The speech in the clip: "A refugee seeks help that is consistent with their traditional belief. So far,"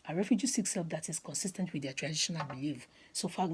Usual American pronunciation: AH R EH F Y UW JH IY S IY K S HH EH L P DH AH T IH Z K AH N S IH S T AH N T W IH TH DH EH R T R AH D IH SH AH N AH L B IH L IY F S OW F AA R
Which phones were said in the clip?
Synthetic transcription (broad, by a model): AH R EH F Y UW JH IY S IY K S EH L F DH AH T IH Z K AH N S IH S T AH N T W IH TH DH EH T R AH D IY SH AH N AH L B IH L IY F S OW F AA